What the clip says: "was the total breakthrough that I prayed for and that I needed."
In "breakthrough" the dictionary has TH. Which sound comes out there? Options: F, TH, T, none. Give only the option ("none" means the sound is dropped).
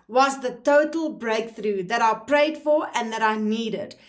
TH